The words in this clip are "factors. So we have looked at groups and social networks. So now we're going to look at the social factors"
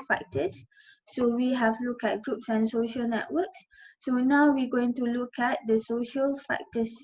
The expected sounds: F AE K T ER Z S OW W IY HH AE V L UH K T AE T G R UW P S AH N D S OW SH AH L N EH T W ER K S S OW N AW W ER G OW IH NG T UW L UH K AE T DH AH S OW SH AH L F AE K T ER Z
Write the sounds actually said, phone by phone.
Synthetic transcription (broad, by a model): F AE K T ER S OW W IY HH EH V L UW K EH T G R UW P S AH N S OW SH AH L N EH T W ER K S S OW N AW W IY G OW IH NG T UW L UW K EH T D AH S OW SH AH L F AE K T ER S